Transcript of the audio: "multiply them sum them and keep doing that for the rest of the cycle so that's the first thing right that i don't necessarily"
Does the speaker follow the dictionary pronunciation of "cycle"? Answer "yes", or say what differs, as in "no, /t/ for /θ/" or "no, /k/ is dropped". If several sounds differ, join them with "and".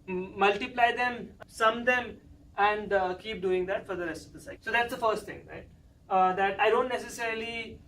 no, /k/ is dropped